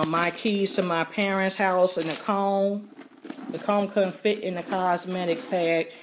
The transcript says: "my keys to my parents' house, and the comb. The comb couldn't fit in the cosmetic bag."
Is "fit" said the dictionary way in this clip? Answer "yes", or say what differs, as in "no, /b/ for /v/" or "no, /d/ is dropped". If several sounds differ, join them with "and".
yes